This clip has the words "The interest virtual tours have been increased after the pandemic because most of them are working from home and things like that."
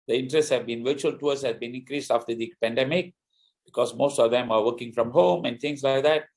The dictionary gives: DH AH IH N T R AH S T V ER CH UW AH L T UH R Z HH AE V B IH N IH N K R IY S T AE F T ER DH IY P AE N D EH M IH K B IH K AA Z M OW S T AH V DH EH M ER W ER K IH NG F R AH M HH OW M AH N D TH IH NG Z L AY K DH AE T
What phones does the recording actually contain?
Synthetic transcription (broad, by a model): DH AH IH N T R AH S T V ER CH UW AH L T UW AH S HH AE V B IH N IH N K R IY S T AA F T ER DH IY P AE N D EH M IH K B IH K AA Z M OW S T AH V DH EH M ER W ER K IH NG F R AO M HH OW M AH N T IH NG S L AY K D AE T